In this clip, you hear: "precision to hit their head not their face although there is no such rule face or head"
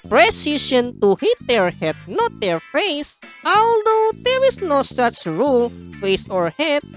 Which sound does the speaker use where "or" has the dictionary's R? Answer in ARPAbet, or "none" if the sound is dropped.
R